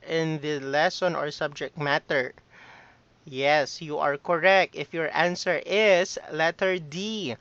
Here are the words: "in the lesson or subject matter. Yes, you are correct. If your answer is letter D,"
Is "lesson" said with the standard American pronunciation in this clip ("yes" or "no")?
yes